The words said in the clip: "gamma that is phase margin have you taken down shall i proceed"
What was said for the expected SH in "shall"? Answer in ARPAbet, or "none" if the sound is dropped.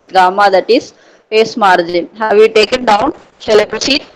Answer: S